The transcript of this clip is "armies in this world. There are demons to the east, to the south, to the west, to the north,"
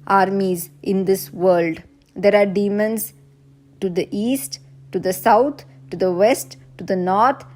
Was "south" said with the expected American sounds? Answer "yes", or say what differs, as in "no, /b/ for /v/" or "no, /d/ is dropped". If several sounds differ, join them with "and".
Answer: no, /t/ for /θ/